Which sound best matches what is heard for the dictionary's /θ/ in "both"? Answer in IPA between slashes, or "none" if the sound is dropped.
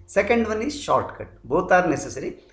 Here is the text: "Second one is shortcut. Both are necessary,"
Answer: /t/